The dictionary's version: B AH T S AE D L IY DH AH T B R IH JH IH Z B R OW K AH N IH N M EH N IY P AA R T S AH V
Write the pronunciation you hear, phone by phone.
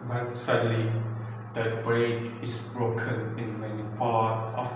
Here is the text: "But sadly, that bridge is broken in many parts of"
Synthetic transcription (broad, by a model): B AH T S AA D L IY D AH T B R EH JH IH S B R OW K AH N IH N M EH N IY P AA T AH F